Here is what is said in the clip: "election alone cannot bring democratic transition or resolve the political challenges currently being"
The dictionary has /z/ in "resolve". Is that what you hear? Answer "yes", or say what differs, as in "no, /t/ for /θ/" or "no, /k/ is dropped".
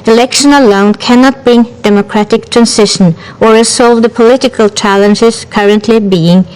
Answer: no, /s/ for /z/